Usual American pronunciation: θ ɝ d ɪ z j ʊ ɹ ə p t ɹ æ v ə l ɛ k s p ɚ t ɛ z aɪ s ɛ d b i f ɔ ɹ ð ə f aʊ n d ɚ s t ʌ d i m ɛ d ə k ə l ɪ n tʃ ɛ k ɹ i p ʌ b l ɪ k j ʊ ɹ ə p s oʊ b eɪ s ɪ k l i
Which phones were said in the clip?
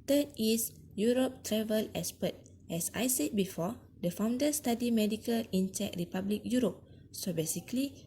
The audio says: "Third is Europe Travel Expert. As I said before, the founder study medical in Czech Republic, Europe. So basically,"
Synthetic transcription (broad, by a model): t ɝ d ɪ s j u ɹ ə p t ɹ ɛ v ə l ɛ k s p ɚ t ɛ s aɪ s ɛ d b i f ɔ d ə f aʊ n d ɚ s t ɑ d i m ɛ d ə k ə l ɪ n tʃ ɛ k ɹ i p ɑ b l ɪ k j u ɹ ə p s oʊ b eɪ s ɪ k l i